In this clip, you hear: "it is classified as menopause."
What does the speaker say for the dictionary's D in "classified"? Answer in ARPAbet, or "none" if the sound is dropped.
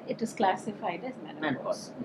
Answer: D